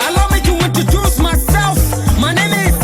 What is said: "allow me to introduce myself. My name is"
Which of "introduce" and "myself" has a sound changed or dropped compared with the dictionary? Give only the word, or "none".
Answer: introduce